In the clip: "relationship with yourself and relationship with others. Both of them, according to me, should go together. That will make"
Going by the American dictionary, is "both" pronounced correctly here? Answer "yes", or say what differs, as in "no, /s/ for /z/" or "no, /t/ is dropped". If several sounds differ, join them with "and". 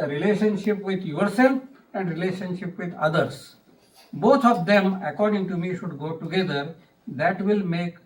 no, /t/ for /θ/